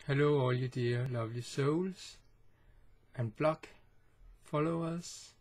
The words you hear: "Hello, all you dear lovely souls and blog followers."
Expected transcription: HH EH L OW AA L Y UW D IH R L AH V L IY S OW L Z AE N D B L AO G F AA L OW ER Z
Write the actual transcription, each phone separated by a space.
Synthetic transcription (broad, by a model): HH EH L OW AA L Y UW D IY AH L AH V L IY S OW L S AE N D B L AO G F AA L OW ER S